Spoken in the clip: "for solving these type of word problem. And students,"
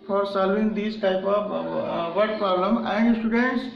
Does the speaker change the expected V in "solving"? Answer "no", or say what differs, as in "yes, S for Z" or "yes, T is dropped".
yes, V is dropped